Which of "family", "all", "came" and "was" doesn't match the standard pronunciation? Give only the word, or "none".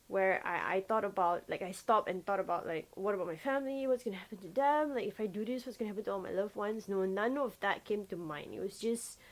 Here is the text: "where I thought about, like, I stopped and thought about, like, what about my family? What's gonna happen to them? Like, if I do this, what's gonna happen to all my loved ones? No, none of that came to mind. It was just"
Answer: was